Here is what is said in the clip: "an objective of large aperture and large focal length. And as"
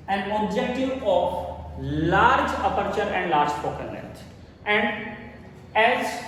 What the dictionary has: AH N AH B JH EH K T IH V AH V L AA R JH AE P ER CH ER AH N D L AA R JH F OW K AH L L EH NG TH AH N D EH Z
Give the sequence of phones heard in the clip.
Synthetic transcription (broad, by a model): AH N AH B JH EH K T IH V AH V L AA R JH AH P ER CH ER AH N D L AA R JH P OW K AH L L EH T AH N D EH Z